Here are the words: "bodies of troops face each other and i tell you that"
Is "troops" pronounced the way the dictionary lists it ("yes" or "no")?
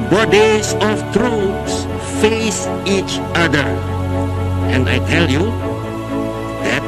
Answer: yes